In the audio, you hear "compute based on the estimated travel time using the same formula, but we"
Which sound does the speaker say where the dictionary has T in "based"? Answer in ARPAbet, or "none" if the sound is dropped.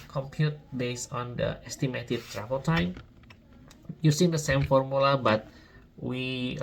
none